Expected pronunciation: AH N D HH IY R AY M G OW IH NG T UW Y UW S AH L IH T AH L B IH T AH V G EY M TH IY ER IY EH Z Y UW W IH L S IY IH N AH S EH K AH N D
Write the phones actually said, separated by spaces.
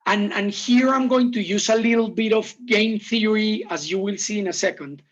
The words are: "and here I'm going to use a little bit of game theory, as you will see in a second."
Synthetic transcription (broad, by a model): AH N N HH IY R AY M G OW IH NG T UW Y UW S AH L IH T L B IH T AH V G EY M TH IY ER IY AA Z Y UW W IH L S IY IH N AH S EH K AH N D